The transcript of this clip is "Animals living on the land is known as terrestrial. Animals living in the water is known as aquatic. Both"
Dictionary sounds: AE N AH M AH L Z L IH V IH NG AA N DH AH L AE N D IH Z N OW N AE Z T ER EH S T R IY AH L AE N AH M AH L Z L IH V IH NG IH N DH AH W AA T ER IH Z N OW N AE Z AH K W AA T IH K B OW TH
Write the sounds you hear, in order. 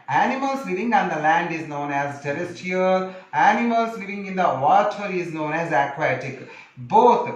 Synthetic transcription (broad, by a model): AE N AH M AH L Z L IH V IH NG AA N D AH L AE N D IH Z N OW N AE Z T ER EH S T IY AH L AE N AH M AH L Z L IH V IH NG IH N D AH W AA T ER IH Z N OW N AE Z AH K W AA T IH K B OW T